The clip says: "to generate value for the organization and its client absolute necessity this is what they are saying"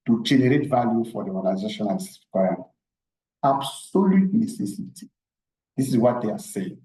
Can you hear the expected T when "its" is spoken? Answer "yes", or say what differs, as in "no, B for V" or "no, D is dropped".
no, S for T